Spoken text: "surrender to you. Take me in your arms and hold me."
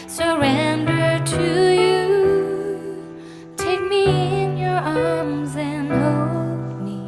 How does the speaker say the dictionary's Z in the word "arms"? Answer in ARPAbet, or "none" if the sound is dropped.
Z